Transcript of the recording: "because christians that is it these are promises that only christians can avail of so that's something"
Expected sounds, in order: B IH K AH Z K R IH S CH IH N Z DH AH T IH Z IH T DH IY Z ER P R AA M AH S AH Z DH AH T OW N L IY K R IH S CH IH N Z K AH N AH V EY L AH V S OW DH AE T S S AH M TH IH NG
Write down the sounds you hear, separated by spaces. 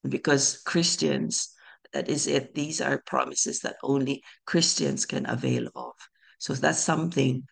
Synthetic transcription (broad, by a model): B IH K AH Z K R IH S CH IH N Z DH AH T IH Z IH T DH IY Z ER P R AA M AH S AH Z DH AH T OW N L IY K R IH S CH IH N Z K AH N AH V EY L AH V S OW DH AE T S S AH M TH IH NG